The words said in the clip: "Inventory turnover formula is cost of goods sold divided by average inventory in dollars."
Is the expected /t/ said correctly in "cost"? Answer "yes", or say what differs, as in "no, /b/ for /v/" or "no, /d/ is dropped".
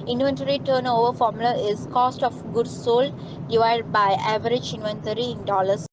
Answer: yes